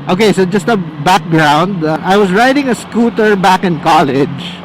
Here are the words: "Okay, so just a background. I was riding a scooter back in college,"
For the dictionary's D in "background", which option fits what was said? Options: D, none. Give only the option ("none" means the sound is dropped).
D